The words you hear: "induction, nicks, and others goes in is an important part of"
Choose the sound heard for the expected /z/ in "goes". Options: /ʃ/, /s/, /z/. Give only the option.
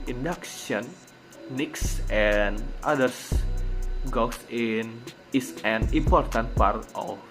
/s/